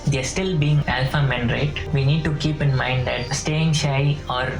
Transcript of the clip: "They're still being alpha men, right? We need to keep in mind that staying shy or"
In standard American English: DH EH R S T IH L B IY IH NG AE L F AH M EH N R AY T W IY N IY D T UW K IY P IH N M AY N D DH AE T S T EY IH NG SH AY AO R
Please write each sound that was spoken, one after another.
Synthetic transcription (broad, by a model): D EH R S T IH L B IY IH NG AE L F AH M EH N R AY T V IY N IY D T UW K IY P IH N M AY N D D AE T S T EY IH NG SH AY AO R